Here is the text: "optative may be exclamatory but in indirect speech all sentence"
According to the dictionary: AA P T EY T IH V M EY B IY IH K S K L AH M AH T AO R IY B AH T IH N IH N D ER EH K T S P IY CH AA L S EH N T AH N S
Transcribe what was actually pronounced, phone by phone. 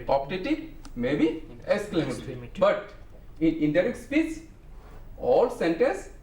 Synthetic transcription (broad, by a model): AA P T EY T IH M EY B IY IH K S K L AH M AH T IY B AH T IH N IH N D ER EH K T S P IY S AA L S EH N T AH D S